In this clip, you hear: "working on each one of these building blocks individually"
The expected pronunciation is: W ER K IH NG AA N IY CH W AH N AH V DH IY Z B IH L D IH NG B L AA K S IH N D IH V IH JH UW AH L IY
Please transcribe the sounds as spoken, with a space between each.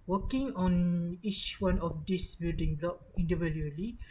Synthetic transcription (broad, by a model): W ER K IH NG AA N IY CH W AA N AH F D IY S B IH L D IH NG B L AA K IH N D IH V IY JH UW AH L IY